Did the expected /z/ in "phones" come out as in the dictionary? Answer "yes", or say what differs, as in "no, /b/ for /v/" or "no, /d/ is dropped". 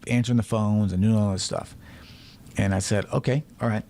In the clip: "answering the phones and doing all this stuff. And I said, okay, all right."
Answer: yes